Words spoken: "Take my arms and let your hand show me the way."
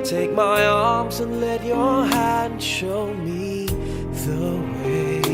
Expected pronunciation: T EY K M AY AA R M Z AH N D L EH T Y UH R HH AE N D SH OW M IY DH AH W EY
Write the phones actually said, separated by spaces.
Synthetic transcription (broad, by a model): T EY K M AY AA R M Z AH N L EH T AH R HH AE N D SH OW M IY DH AH W EY